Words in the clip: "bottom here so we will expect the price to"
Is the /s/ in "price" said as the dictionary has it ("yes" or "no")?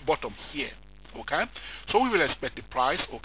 yes